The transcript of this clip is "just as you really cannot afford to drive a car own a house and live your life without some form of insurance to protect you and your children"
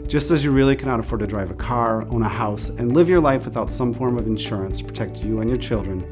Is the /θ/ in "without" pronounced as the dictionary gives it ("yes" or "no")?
yes